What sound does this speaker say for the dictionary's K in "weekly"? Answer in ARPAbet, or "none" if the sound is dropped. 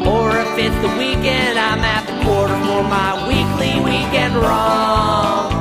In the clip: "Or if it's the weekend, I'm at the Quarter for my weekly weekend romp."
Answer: K